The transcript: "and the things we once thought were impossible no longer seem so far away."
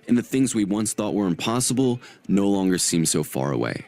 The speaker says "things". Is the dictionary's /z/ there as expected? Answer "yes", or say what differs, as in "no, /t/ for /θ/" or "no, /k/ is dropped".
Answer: yes